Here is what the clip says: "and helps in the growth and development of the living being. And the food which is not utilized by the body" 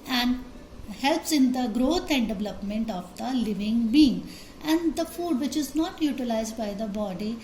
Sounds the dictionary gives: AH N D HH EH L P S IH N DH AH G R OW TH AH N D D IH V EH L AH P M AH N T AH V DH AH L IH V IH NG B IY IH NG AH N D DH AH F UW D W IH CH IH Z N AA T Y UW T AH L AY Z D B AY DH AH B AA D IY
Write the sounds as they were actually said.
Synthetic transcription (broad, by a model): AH N D HH EH L P S IH N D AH G R OW T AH N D D IH V EH L AH P M AH N T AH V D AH L IH V IH NG B IY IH NG AH N D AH F UW D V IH CH IH Z N AA T Y UW T AH L AY Z D B AY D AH B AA D IY